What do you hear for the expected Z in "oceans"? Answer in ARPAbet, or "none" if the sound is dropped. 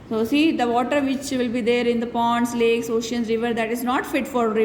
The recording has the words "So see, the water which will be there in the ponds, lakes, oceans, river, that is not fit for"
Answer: none